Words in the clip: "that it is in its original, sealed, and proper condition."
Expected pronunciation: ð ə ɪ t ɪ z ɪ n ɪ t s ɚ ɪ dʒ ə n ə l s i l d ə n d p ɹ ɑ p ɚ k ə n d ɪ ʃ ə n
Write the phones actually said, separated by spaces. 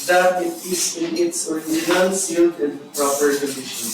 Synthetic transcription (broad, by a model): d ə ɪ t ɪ s ɪ n ɪ t s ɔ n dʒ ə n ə n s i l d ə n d p ɹ ɑ p ɚ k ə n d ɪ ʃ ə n